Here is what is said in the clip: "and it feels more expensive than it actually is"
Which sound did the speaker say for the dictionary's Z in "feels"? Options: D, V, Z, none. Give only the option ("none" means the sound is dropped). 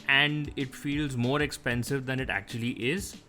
Z